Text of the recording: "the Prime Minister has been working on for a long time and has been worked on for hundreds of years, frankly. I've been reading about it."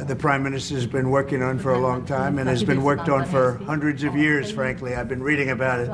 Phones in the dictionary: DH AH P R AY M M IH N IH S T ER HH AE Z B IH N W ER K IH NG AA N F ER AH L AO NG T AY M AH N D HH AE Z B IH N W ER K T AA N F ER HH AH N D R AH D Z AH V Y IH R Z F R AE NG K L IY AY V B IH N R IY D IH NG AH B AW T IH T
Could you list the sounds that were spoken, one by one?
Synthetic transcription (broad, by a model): DH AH P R AY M M IH N IH S T ER Z B IH N W ER K IH NG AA N F ER AH L AO NG T AY M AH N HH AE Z B IH N W ER K T N F ER HH AH N D R AH D Z AH V Y IH R Z F R AE NG K L IY AY V B IH N R IY D IH NG AH B AW T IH T